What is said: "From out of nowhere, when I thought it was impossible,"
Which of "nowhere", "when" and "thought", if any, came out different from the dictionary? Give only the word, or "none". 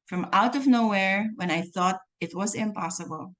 none